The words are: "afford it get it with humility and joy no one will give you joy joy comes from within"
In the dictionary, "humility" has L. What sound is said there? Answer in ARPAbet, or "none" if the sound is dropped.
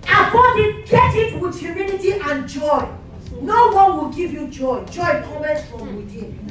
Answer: N